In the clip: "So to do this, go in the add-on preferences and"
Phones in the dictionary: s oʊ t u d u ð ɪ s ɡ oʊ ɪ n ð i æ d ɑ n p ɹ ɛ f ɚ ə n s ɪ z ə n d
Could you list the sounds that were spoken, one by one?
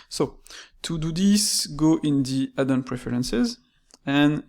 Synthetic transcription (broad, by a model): s oʊ t u d u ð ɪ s ɡ oʊ ɪ n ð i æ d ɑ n p ɹ ɛ f ɚ ə n s ɪ z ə n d